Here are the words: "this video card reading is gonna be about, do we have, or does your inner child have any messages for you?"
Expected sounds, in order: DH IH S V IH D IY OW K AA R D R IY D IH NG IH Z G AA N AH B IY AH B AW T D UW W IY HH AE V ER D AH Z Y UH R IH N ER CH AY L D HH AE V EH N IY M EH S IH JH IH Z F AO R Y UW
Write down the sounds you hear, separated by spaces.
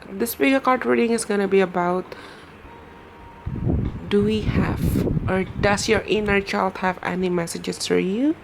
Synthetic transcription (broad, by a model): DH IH S P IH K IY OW K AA R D R IY D IH NG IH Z G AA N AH B IY AH B AW T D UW W IY HH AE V ER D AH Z Y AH R IH N ER CH AY L D HH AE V EH N IY M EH S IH JH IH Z F AO R Y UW